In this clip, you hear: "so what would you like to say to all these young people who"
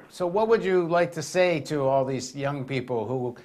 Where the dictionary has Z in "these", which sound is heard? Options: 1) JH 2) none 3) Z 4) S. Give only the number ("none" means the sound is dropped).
3